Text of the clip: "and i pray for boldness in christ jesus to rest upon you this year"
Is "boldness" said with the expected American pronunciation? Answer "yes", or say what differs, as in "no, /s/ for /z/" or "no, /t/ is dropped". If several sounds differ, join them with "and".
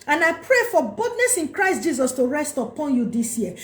no, /l/ is dropped